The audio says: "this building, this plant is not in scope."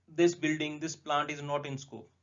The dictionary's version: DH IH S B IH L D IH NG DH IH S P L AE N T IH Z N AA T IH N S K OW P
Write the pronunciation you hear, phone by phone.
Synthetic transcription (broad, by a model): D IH S B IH L D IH NG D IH S P L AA N T IH Z N AA T IH N S K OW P